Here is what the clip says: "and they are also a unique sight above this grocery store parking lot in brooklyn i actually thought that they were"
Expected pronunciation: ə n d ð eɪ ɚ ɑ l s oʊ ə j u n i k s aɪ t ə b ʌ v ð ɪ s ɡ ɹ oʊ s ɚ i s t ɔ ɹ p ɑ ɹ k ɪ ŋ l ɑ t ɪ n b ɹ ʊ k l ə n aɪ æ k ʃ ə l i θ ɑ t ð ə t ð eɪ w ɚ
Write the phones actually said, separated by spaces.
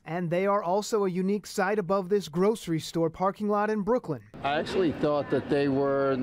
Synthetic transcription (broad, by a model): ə n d ð eɪ ɚ ɑ l s oʊ ə j u n i k s aɪ t ə b ʌ v ð ɪ s ɡ ɹ oʊ s ɚ i s t ɔ ɹ p ɑ ɹ k ɪ ŋ l ɑ t ɪ n b ɹ ʊ k l ə n aɪ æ k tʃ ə l i θ ɑ t ð ə t ð eɪ w ɚ